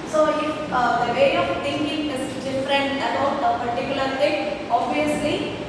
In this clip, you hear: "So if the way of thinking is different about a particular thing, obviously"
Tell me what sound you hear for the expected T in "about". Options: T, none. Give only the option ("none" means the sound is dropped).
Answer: none